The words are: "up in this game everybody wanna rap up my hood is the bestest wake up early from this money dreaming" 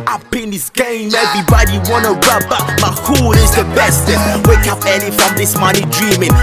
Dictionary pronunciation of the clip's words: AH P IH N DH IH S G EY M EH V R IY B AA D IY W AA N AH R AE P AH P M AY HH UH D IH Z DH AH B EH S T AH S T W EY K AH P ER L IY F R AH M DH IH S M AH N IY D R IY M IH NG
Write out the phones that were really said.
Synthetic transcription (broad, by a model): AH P IH N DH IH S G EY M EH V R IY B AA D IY W AA N AH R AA B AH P M AY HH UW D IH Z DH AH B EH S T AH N W EY K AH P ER N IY F R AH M DH IH S M AH N IY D R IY M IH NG